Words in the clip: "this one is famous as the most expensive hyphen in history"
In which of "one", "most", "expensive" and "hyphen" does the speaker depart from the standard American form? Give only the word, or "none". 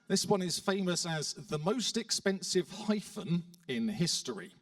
none